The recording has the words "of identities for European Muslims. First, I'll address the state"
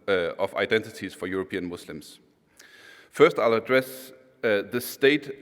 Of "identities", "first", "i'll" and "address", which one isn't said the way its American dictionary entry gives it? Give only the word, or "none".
none